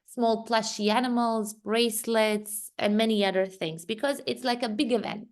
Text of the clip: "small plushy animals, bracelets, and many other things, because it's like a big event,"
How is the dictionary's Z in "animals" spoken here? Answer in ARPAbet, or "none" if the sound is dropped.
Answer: Z